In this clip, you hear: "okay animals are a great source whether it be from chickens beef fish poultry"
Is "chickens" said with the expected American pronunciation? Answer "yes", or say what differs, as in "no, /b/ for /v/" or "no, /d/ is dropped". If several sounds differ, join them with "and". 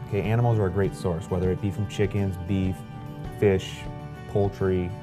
yes